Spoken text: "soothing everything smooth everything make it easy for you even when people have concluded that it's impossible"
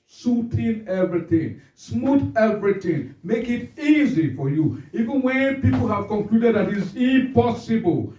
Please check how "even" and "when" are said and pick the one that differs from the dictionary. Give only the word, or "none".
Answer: none